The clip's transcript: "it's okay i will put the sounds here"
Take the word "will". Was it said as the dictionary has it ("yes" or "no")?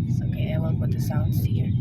no